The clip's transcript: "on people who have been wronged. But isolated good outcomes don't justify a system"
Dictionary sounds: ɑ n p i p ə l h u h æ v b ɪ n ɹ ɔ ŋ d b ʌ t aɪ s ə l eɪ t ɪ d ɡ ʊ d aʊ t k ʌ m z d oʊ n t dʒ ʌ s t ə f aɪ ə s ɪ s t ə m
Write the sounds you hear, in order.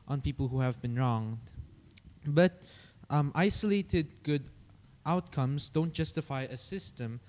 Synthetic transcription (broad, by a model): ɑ n p i p ə l h u h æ v b ɪ n ɹ ɔ ŋ d b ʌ t aɪ s ə l eɪ t ɪ d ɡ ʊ d aʊ t k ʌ m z d oʊ n t dʒ ʌ s t ə f aɪ ə s ɪ s t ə m